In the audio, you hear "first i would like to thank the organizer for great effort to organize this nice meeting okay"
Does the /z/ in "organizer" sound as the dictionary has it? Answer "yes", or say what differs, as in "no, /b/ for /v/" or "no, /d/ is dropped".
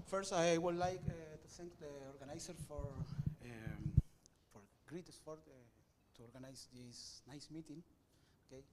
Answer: no, /s/ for /z/